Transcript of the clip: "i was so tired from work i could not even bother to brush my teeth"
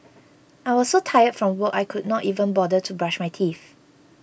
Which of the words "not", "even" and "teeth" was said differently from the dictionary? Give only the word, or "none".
teeth